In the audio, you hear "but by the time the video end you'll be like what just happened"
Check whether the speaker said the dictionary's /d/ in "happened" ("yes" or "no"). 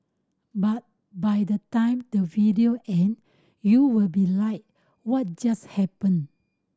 no